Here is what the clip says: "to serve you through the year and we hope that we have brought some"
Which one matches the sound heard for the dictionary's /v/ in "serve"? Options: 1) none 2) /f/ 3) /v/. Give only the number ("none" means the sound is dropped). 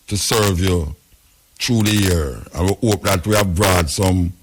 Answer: 3